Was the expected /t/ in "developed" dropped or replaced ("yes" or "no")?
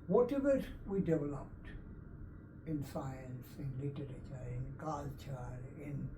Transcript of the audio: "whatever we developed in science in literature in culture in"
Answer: no